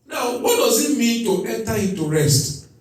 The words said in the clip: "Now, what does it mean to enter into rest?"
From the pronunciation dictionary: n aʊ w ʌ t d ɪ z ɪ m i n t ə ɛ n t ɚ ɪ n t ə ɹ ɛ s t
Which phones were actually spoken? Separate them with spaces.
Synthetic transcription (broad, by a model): n aʊ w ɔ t d ɪ z ɪ m i n t ə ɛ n t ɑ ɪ t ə ɹ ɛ s t